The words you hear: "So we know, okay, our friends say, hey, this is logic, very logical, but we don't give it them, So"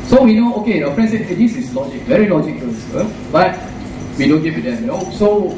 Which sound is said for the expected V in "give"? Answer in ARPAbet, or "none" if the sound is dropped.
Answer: W